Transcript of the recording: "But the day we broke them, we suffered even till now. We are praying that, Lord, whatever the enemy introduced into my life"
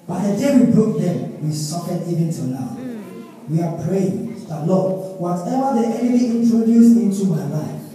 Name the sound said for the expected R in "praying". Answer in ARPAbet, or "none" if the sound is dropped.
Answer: R